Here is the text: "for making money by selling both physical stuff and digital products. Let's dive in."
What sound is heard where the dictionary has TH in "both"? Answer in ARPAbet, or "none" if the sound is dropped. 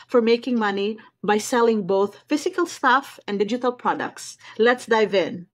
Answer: TH